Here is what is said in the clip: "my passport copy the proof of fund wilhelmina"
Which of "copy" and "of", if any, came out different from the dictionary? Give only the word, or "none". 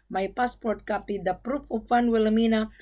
of